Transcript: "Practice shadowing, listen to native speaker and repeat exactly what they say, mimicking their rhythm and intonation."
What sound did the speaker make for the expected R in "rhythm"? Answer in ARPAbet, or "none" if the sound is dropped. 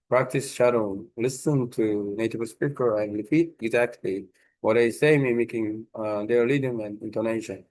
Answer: L